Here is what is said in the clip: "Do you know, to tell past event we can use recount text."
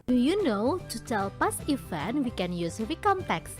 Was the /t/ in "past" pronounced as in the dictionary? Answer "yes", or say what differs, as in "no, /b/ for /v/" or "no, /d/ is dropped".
no, /t/ is dropped